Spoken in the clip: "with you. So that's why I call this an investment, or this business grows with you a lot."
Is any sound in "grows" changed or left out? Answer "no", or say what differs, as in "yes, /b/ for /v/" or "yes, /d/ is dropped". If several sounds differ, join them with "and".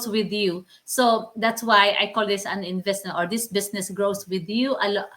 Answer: yes, /s/ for /z/